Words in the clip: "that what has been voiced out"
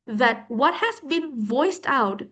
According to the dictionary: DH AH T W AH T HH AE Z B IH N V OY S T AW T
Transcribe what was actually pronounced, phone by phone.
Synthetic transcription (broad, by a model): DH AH T W AH T HH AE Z B IH N V OY S T AW T